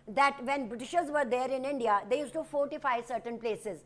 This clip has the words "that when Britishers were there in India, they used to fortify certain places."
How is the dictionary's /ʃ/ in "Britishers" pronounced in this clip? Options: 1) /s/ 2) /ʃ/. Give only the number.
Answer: 2